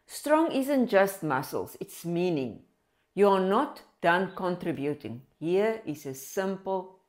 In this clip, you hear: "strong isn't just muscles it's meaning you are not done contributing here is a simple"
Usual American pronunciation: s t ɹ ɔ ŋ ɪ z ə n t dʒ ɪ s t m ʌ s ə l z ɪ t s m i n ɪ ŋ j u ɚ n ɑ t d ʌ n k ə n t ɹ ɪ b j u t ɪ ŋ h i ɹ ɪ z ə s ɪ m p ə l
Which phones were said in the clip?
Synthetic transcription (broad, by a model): s t ɹ ɔ ŋ ɪ z ə n t dʒ ɪ s t m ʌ s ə l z ɪ t s m i n ɪ ŋ j u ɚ n ɑ t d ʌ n k ə n t ɹ ɪ b j u t ɪ ŋ h i ɹ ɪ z ə s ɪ m p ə l